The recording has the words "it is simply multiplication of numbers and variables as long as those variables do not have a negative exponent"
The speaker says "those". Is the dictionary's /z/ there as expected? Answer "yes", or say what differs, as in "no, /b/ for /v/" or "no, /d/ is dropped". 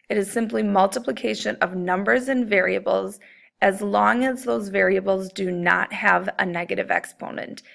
yes